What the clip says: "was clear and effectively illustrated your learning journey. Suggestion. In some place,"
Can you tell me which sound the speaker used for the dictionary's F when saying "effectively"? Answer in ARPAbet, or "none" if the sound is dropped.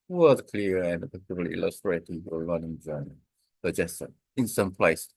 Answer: P